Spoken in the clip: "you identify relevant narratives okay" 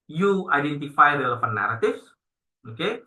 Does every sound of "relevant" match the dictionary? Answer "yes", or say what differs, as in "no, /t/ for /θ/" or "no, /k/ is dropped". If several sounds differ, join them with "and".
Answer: no, /f/ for /v/